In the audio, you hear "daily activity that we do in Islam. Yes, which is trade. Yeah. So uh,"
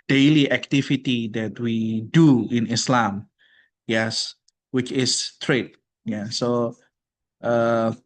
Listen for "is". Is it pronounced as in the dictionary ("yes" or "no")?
no